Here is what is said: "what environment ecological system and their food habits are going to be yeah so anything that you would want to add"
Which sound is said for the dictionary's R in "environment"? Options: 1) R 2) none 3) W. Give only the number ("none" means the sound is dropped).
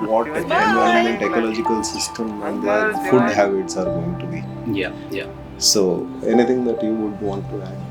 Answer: 2